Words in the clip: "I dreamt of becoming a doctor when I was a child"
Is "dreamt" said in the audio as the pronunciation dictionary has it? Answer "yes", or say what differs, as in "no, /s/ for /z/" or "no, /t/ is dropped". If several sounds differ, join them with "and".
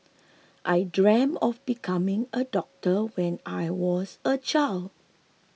no, /t/ is dropped